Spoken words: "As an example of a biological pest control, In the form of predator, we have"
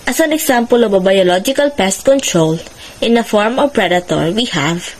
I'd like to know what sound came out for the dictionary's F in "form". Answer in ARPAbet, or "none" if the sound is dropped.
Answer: F